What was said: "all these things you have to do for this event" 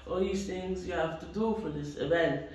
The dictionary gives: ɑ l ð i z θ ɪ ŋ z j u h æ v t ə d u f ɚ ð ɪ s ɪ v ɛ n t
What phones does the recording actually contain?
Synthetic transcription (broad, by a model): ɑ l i s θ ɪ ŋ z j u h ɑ f t ə d u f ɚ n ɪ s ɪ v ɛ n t